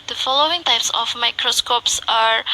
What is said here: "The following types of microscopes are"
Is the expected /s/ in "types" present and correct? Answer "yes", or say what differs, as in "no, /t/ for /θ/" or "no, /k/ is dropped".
yes